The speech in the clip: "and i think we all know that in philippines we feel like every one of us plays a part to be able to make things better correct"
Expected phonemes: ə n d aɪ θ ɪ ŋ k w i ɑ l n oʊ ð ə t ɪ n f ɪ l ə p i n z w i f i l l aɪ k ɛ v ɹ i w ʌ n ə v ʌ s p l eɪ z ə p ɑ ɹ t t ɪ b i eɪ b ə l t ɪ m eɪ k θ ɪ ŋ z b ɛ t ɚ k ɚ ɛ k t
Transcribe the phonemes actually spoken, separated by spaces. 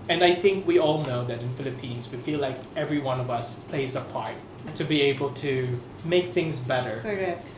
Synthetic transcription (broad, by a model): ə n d aɪ θ ɪ ŋ k w i ɑ l n oʊ ð ə t ɪ n f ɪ l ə p i n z w i f i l l aɪ k ɛ v ɹ i w ʌ n ə v ʌ s p l eɪ z ə p ɑ ɹ t t ɪ b i eɪ b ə l t ɪ m eɪ k θ ɪ ŋ z b ɛ t ɚ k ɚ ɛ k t